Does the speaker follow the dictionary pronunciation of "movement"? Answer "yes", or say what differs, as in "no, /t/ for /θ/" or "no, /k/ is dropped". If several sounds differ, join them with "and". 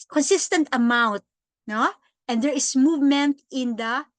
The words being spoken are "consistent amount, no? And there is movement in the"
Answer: yes